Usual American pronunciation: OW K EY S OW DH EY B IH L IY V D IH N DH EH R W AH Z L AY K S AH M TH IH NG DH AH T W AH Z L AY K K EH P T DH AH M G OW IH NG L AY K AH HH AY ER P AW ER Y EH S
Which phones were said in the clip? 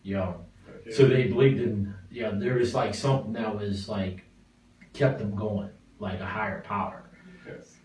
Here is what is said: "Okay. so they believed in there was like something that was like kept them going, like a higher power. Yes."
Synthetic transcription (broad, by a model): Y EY S OW DH EY B IH L IY V D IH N DH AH R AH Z L AY K S AH M TH IH NG DH AH T W AH Z L AY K K EH P DH AH M G OW IH NG L AY K AH HH AY ER P AW ER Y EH